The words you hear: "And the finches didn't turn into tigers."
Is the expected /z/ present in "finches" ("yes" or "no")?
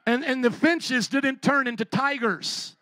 yes